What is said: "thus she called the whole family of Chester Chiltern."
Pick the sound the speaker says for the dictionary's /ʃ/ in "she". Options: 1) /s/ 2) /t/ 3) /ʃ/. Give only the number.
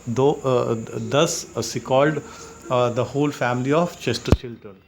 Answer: 1